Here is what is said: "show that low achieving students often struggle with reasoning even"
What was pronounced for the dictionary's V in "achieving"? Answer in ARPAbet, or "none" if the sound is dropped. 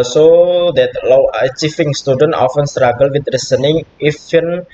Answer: F